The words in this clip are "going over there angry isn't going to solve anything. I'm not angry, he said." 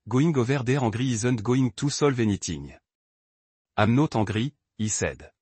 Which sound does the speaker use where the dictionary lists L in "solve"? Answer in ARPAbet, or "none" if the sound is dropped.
L